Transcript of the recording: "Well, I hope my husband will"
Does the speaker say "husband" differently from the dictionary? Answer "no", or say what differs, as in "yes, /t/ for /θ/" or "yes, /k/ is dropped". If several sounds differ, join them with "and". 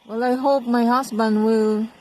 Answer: yes, /s/ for /z/